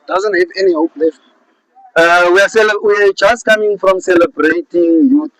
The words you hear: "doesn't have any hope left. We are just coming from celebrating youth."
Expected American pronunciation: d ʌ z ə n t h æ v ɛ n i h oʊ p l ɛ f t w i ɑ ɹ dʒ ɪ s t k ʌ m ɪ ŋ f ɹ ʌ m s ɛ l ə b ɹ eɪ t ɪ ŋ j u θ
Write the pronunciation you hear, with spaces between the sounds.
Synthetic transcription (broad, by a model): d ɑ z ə n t h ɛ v ɛ n i h oʊ p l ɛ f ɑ w i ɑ w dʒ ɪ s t k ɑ m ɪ ŋ f ɹ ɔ m s ɛ l ə b ɹ eɪ t ɪ ŋ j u